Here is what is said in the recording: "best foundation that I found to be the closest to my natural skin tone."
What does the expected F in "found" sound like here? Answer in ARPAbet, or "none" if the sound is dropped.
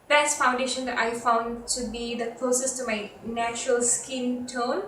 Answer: F